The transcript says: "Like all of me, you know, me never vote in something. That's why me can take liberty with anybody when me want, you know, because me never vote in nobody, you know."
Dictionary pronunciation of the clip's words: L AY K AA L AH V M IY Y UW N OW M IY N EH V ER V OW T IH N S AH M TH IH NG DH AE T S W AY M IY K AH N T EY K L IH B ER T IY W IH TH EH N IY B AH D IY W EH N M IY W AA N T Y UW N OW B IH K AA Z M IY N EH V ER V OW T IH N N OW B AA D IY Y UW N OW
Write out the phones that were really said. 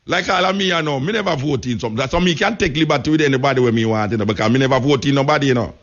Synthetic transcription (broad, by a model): L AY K AA L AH M IY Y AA N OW M IY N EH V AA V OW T IH N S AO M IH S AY M IY K AH N T EY K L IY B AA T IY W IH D EH N IY B AH D IY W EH M IY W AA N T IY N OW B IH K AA M IY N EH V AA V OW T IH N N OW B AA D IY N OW